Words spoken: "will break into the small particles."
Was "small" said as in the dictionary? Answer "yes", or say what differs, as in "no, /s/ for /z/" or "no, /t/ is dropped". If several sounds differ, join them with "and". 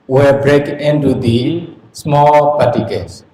yes